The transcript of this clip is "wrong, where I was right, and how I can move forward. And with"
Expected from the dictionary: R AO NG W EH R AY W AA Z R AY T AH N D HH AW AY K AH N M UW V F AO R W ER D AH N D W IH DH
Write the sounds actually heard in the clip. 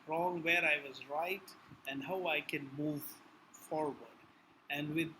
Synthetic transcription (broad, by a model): R AO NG W EH R AY W AA Z R AY T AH N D HH AW AY K AH N M UW V F AO R W ER D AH N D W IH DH